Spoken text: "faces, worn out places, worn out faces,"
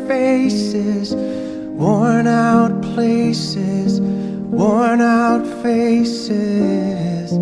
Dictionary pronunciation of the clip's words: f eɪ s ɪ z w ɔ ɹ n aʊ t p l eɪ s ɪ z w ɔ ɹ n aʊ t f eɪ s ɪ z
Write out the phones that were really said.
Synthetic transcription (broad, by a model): f eɪ s ɪ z w ɔ ɹ n aʊ t p l eɪ s ɪ z w ɔ ɹ n aʊ t f eɪ s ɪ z